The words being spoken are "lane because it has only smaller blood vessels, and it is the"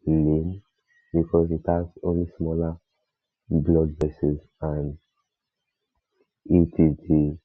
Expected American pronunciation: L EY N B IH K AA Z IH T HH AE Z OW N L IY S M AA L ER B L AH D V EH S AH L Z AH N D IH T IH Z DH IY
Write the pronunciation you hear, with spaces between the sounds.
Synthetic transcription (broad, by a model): L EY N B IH K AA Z IH T HH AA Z OW N L IY S M AA L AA B L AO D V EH S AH Z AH N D IH T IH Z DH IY